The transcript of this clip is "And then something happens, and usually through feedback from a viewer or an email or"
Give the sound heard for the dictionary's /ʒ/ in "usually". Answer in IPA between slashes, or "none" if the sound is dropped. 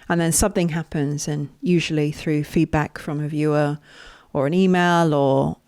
/ʒ/